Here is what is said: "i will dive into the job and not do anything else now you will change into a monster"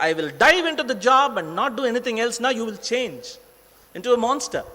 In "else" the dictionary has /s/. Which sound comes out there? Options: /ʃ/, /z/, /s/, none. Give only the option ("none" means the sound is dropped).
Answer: /s/